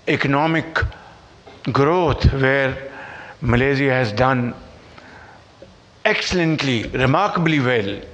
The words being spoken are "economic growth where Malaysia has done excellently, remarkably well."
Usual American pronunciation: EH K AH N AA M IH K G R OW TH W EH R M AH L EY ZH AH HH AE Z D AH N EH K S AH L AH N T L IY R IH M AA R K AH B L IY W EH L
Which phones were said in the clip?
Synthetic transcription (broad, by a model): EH K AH N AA M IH K G R OW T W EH R M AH L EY Z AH HH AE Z D AH N EH K S AH L AH N T L IY R IH M AA R K AH B L IY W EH L